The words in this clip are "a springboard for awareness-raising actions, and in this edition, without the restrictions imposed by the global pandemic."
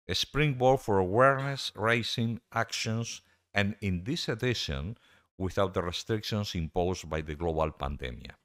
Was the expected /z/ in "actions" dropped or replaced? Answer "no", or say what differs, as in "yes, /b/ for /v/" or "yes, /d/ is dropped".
yes, /s/ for /z/